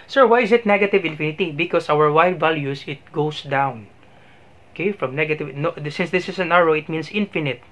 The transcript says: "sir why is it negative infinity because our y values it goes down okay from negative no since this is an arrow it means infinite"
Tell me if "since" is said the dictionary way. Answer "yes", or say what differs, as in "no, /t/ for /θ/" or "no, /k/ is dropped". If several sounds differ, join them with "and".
yes